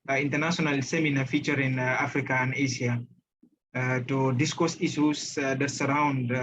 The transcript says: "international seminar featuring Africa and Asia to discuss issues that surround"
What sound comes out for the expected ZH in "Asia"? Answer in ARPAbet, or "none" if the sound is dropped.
S